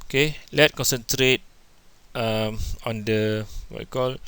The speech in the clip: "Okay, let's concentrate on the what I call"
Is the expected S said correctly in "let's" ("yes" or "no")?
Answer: no